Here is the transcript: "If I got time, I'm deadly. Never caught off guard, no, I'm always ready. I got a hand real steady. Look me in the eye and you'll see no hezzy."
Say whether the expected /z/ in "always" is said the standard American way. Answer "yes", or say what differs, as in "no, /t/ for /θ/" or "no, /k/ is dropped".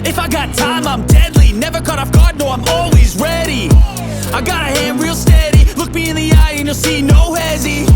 yes